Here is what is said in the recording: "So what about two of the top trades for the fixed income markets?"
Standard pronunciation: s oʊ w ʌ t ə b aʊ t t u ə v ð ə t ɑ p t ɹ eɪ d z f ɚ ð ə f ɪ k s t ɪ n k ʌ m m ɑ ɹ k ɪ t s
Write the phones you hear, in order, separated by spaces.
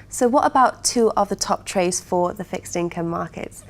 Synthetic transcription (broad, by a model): s oʊ w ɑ t ə b aʊ t t ə v ð ə t ɑ p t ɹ eɪ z f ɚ ð ə f ɪ k s t ɪ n k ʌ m m ɑ k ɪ t s